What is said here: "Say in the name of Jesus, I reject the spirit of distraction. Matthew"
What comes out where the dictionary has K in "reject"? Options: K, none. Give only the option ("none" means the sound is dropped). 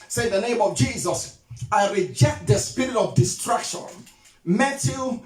K